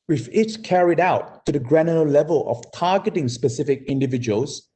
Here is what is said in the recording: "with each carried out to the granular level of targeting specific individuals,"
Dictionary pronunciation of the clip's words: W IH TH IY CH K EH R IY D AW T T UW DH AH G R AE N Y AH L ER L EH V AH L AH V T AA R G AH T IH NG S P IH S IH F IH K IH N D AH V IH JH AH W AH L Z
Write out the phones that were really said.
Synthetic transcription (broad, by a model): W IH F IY S K EH R IY D AW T T UW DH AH G R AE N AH ER L EH V AH L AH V T AA G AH T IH NG S P IH S IH F IH K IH N D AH V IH JH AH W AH L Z